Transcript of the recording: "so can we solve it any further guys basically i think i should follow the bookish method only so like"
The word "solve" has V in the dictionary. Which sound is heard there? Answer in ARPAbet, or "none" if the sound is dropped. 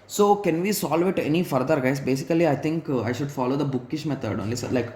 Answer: V